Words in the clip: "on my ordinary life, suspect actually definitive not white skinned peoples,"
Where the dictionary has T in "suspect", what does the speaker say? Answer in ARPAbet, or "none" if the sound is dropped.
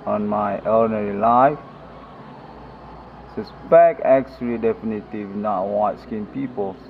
none